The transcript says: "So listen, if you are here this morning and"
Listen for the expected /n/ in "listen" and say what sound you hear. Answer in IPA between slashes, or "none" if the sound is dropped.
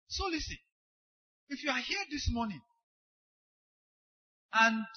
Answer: none